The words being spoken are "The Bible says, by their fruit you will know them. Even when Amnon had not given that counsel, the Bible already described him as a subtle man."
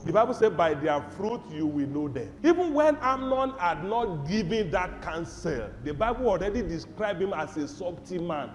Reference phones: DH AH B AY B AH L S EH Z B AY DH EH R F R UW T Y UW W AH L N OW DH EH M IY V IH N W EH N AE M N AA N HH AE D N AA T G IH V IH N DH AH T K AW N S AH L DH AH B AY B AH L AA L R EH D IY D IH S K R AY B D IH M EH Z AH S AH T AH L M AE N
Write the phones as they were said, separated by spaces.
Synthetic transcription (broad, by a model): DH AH B AY B AH L S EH B AY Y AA F R UW T Y UW W AH L N OW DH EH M IY V IH N W EH N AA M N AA N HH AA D N AA T G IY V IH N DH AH T K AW N S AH L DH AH B AY B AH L AA L R EH D IY D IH S K R AY B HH IH M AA S AH S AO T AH M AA N